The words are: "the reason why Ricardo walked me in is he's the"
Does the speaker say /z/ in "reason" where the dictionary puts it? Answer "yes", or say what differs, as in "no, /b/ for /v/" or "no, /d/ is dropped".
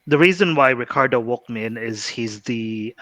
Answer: yes